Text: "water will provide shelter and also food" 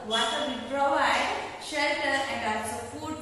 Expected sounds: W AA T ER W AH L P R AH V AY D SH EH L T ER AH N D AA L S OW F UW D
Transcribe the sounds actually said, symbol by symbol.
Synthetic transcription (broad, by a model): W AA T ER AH P R AH V AY D SH EH L T ER AH N D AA S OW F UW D